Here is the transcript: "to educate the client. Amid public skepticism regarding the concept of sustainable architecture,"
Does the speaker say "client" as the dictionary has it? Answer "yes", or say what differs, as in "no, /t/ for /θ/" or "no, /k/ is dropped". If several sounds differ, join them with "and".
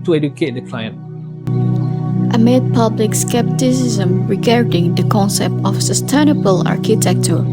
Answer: yes